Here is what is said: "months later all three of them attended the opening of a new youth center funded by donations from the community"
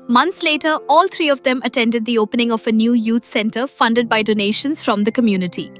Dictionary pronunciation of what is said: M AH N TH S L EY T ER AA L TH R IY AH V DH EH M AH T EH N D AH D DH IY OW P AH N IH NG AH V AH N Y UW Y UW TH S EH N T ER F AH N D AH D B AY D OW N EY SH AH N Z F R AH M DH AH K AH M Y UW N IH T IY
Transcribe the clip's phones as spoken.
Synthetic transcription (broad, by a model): M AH N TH S L EY T ER AA L T R IY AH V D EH M AH T EH N D AH D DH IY OW P AH N IH NG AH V AH N Y UW Y UW T S EH N T ER F AH N D AH D B AY D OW N EY SH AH N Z F R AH M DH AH K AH M Y UW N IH T IY